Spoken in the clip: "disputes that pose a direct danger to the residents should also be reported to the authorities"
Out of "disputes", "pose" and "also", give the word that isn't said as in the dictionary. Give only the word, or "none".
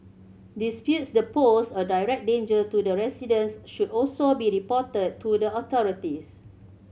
pose